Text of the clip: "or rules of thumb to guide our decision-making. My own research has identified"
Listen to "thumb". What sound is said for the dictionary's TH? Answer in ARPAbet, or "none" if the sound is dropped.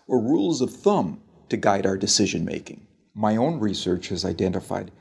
TH